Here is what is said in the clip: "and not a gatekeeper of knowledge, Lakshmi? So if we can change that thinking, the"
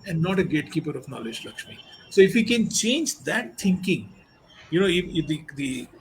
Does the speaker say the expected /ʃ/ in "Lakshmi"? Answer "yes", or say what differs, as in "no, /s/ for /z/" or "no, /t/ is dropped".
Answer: yes